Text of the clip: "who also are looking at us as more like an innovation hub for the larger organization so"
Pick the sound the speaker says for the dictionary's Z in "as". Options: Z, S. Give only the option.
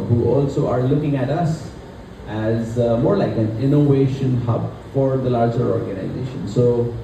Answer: Z